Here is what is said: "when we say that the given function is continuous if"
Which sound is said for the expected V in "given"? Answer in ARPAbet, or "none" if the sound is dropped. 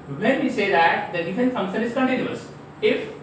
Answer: F